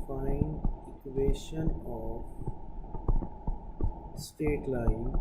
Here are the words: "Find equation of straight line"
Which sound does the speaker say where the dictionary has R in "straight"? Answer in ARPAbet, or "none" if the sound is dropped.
none